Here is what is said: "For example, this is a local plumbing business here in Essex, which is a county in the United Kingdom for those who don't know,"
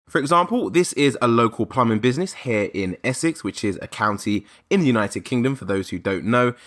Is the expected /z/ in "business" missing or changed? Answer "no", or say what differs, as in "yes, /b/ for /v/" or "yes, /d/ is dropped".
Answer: no